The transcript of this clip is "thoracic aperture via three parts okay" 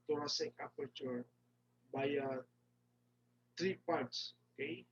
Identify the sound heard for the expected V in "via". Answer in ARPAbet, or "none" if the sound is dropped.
B